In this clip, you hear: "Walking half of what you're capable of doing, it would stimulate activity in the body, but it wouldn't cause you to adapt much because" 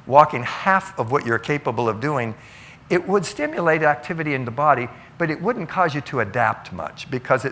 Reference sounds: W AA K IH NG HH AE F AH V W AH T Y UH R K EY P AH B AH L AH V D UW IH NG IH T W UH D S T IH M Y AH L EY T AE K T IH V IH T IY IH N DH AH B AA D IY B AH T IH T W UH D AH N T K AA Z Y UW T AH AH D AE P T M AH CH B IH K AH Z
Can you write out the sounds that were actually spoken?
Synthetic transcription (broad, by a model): W AA K IH NG HH AE F AH V W AH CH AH R K EY P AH B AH L AH V D UW IH NG IH T W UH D S T IH M Y AH L EY T AE K T IH V IH T IY IH N DH AH B AA D IY B AH T IH T W UH D N K AA Z Y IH T AH AH D AE P T M AH CH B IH K AH Z